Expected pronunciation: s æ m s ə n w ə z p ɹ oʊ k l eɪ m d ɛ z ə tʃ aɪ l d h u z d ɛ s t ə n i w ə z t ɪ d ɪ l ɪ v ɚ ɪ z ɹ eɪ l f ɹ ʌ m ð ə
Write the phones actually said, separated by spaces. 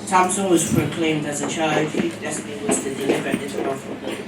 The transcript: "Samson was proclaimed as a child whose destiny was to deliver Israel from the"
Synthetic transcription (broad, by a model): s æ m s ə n w ə z p ɹ oʊ k l eɪ m d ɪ z ə tʃ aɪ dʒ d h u d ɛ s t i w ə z t ɪ d ɪ l ɪ v ɚ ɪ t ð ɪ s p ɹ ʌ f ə